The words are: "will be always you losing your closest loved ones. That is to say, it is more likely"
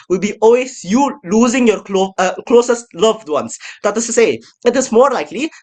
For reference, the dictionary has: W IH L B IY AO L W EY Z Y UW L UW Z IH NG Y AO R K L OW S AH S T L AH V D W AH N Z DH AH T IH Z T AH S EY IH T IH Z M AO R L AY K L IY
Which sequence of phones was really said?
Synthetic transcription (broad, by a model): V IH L B IY AO L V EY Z Y UW L UW Z IH NG Y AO R K L OW S AH S T L AH V D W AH N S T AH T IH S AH S EY IH T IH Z M AO R L AY K L IY